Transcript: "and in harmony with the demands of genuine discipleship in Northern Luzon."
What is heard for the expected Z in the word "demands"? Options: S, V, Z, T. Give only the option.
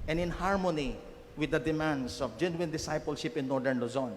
S